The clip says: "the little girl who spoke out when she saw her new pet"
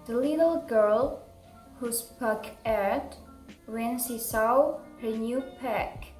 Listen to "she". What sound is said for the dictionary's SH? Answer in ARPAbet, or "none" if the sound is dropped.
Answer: S